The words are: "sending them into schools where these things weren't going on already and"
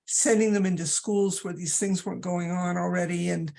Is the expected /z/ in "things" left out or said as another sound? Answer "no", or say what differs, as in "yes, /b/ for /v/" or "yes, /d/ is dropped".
no